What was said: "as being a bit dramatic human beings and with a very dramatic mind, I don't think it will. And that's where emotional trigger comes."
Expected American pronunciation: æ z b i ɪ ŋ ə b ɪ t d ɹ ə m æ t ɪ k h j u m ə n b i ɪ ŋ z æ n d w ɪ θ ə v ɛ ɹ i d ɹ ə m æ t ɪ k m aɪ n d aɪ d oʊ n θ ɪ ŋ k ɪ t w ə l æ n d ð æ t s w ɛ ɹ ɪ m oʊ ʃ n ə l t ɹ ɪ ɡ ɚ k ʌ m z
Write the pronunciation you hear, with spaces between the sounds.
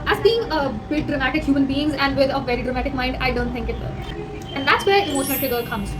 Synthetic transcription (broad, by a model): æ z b i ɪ ŋ ə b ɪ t d ɹ ə m æ t ɪ k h j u m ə n b i ɪ ŋ z æ n d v ɪ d ə v ɛ ɹ i d ɹ ə m æ t ɪ k m aɪ n d aɪ d oʊ n t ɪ ŋ k ɪ t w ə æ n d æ t s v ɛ ɹ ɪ m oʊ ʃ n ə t ɪ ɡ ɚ k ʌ m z